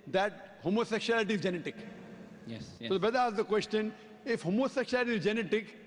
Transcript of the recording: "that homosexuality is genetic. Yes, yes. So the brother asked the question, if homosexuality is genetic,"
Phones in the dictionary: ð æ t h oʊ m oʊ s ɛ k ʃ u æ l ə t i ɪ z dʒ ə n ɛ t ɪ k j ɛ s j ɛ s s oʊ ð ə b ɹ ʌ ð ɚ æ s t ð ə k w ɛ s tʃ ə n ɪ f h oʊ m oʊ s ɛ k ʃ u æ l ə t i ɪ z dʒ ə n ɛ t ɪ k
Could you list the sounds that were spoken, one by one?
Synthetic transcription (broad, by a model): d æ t h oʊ m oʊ s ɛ k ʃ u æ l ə t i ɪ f dʒ ə n ɛ t ɪ k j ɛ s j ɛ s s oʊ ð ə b ʌ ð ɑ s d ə k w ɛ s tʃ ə n ɪ f h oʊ m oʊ s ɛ k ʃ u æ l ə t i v dʒ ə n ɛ t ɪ k